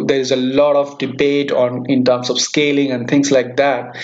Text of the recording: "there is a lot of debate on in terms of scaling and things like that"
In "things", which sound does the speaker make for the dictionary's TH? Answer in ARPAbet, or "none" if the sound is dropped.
T